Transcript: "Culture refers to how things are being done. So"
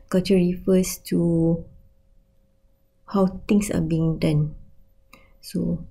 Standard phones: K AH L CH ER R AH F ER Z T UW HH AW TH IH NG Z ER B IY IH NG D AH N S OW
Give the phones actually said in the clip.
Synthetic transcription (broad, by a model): K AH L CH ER R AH F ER S T UW HH AW T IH NG S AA B IY IH NG D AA N S OW